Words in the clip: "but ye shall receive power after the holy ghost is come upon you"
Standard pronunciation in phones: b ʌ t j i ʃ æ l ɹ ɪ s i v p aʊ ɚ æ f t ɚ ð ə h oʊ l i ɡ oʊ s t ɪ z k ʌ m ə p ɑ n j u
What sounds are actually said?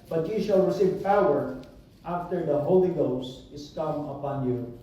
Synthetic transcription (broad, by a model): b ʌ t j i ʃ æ l ɹ ɪ s i v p aʊ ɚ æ f t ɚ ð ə h oʊ l i ɡ oʊ s t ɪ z k ʌ m ə p ɑ n j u